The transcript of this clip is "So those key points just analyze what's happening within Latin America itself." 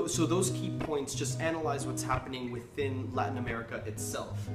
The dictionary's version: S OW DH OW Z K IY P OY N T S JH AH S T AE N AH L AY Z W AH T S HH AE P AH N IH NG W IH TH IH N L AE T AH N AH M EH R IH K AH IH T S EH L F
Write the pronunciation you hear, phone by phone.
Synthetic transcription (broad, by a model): S OW DH OW Z K IY P OY N T S JH AH S T AE N AH L AY Z W AH T S HH AE P AH N IH NG W IH TH IH N L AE T N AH M EH R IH K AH IH T S EH L F